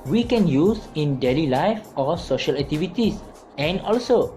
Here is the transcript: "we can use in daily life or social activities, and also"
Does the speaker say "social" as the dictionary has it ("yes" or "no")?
yes